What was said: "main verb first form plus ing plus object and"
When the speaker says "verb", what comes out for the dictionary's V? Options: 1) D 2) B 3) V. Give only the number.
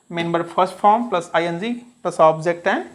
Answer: 2